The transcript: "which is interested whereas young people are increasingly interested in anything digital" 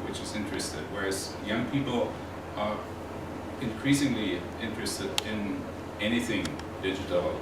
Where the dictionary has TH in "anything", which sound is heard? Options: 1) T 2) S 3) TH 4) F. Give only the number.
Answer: 3